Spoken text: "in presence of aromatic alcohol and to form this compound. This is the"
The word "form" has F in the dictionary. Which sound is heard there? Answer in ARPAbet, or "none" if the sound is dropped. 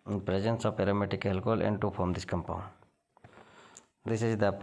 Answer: P